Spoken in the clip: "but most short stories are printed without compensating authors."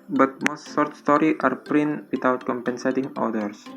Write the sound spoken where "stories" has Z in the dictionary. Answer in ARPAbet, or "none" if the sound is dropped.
none